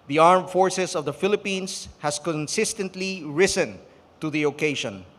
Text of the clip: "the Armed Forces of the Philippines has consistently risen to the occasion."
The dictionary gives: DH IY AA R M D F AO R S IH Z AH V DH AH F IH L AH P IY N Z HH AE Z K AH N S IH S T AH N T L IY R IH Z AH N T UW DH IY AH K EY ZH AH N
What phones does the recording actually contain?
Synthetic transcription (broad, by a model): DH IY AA R M F AO R S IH S AH V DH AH F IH L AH P IY N S HH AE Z K AH N S IH S T AH N T L IY R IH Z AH N T UW DH IY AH K EY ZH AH N